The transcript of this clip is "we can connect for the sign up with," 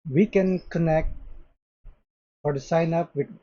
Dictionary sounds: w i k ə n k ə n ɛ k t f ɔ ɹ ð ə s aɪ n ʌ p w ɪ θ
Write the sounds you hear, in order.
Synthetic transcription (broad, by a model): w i k ə n k ə n ɛ k t f ɔ ɹ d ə s aɪ n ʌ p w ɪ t